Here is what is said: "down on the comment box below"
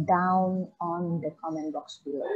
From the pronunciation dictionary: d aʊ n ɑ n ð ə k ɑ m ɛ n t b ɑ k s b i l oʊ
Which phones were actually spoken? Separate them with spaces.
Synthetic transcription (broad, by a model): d aʊ n ɑ n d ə k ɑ m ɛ n b ɑ k s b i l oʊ